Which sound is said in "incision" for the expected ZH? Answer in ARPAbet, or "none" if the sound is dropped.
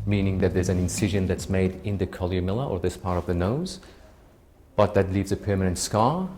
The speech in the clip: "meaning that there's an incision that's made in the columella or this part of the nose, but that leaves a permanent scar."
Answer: ZH